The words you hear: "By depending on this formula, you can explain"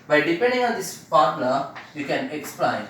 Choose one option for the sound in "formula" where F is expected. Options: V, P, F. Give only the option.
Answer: P